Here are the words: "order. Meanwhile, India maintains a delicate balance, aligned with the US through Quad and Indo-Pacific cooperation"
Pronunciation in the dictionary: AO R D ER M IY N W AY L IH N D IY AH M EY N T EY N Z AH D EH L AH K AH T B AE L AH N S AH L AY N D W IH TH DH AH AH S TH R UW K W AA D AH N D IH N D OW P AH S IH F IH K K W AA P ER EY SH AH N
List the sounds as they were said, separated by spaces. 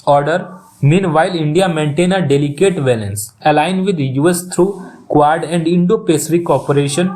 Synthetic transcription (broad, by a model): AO R D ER M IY N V AY L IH N D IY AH M EY N T EY N AH D EH L AH K AH T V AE L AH N S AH L AY N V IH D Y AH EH S T R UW K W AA D AH N D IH N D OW P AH S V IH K K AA P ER EY SH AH N